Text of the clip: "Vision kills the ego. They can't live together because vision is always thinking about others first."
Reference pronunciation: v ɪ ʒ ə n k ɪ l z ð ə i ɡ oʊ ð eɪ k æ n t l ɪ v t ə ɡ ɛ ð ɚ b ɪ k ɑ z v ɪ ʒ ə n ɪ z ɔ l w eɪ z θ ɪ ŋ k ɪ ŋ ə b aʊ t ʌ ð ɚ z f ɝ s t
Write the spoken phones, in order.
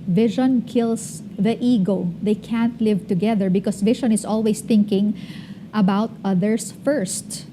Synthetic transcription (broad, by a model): v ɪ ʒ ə n k ɪ l s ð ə i ɡ oʊ ð eɪ k æ n t l ɪ v t ə ɡ ɛ ð ɚ b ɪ k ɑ s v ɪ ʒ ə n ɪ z ɔ l w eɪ s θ ɪ ŋ k ɪ ŋ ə b aʊ t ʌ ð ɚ s f ɝ s t